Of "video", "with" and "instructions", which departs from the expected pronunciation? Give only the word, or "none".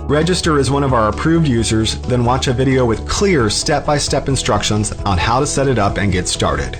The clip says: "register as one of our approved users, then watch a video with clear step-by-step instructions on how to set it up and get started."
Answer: none